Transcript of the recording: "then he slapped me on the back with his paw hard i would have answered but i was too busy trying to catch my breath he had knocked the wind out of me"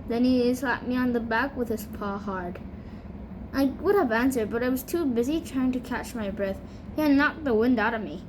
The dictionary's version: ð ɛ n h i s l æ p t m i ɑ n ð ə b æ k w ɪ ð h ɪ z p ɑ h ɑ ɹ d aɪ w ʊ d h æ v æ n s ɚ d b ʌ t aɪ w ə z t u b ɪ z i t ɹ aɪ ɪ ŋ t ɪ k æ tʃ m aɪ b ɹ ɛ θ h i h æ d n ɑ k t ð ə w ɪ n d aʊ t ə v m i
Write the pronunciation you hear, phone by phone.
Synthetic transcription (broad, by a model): ð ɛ n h i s l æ t m i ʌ n ð ə b æ k w ɪ ð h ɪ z p ɑ h ɑ ɹ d aɪ w ʊ d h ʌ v æ n s ɚ d b ʌ t aɪ w ə z t u b ɪ z i t ɹ aɪ ɪ ŋ t ɪ k æ tʃ m aɪ b ɹ ɛ θ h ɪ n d n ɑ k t ð ə w ɪ n d aʊ t ə v m i